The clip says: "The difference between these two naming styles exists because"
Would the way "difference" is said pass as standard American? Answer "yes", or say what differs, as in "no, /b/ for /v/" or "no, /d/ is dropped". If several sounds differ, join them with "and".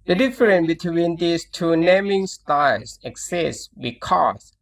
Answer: no, /s/ is dropped